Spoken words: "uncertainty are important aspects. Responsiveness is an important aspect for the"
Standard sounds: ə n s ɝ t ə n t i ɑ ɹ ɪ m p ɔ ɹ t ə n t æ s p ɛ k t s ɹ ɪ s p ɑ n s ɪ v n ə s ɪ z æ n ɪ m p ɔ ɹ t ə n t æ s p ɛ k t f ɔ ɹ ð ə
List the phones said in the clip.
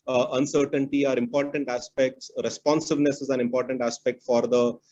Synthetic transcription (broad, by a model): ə n s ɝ t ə n t i ɑ ɹ ɪ m p ɔ ɹ t ə n t æ s p ɛ k t s ɹ ɪ s p ɑ n s ɪ v n ə s ɪ z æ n ɪ m p ɔ ɹ t ə n t æ s p ɛ k t f ɔ ɹ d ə